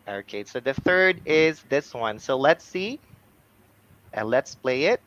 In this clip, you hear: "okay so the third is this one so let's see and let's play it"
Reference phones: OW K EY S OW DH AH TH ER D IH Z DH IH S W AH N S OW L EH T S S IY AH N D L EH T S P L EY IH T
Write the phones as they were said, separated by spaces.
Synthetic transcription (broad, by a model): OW K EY S OW DH AH TH ER D IH Z DH IH S W AH N S OW L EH T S S IY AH N L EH T S P L EY IH T